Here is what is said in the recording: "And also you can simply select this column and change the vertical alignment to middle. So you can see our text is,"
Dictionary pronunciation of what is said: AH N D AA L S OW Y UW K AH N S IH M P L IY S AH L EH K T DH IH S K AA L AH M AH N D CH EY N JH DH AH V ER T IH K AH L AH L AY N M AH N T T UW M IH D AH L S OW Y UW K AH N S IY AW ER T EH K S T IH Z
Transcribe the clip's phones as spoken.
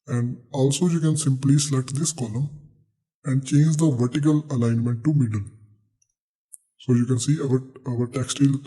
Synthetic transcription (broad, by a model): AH N D AA L S OW Y UW K AH N S IH M P L IY S L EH T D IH S K AA L AH M AH N D CH EY N JH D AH V ER T IH K AH L AH L AY N M AH N T T UW M IH D AH L S OW Y UW K AH N S IY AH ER T EH K S T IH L